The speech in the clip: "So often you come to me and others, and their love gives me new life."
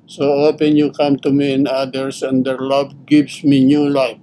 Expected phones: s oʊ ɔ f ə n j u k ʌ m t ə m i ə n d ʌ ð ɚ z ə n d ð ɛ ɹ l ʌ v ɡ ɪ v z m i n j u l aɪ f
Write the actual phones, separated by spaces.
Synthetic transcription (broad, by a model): s oʊ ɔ p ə n j u k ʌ m t ə m i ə n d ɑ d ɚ s ə n d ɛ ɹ l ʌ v ɡ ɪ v s m i n j u l aɪ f